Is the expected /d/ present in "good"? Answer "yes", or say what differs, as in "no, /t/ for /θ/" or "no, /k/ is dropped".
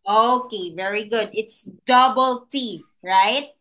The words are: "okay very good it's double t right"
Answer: yes